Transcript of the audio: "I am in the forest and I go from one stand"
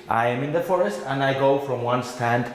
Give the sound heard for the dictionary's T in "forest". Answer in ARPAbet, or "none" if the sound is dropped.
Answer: T